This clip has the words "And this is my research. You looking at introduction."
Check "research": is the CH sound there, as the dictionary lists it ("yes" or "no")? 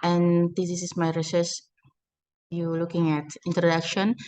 no